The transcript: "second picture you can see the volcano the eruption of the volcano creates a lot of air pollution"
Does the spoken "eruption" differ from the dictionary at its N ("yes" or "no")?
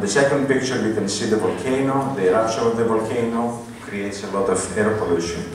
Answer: yes